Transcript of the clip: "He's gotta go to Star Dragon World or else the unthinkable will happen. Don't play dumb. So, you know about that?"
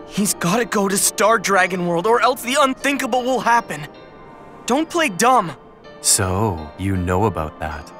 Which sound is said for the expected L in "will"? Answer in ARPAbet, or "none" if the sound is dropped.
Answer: L